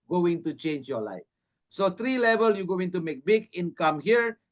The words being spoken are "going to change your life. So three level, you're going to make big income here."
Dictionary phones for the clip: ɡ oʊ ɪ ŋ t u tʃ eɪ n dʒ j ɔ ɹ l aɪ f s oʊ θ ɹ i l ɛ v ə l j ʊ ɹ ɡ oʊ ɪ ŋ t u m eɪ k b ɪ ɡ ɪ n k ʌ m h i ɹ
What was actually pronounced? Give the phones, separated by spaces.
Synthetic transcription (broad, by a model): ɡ oʊ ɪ ŋ t u tʃ eɪ n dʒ j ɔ l aɪ f s oʊ t ɹ i l ɛ v ə l j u ɡ oʊ ɪ ŋ t u m eɪ k b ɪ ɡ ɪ n k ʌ m h i ɹ